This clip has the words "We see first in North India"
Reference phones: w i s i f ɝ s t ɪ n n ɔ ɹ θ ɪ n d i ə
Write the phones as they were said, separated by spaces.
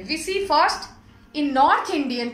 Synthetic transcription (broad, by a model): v i s i f ɝ s t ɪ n n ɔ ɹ t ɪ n d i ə